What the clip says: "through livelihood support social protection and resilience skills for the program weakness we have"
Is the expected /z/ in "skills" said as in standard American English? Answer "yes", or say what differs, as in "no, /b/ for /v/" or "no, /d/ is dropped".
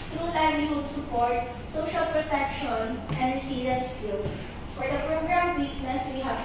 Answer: no, /z/ is dropped